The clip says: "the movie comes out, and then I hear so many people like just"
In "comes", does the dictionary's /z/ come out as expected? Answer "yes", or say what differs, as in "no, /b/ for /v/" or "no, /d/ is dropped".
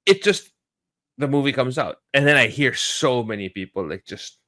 yes